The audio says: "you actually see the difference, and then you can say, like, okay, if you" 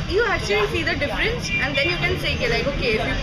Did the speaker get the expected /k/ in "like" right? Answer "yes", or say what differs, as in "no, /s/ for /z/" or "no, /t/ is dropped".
yes